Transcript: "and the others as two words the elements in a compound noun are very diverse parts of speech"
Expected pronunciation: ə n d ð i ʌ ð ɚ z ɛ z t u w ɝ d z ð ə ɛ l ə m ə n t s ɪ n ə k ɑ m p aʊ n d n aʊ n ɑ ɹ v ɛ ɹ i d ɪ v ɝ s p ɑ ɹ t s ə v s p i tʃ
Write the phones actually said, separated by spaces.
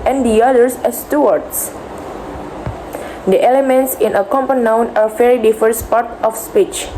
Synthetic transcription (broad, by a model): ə n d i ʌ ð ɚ s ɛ s t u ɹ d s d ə ɛ l ə m ə n t s ɪ n ə k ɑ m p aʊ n n aʊ n ɑ ɹ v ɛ ɹ i d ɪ f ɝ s p ɑ ɹ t ə f s p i tʃ